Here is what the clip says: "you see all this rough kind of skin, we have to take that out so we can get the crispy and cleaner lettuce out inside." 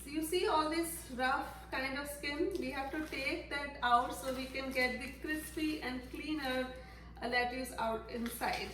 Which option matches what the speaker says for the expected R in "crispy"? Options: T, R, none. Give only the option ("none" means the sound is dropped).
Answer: R